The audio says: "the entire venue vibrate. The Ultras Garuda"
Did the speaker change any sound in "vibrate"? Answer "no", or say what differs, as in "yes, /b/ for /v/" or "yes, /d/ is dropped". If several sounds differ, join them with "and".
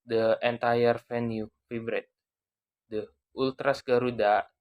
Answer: yes, /f/ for /v/